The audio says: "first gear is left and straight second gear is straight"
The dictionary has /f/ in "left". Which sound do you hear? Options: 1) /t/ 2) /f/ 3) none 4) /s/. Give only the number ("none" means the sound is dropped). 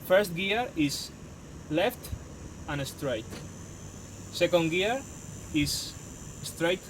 2